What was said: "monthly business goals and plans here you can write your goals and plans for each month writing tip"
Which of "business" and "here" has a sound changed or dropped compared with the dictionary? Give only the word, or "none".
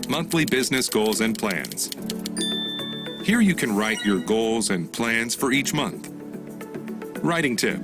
none